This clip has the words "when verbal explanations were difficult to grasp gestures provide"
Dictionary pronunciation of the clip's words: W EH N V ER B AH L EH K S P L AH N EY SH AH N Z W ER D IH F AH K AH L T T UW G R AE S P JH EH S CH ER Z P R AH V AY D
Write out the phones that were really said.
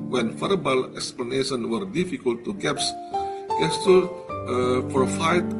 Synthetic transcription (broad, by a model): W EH N F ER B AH L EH K S P L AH N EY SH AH N W ER D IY F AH K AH L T T UW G EH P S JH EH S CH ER P R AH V AY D